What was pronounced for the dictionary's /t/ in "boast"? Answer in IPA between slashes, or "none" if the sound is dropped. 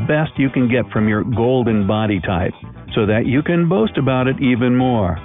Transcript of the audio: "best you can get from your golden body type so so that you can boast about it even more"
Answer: /t/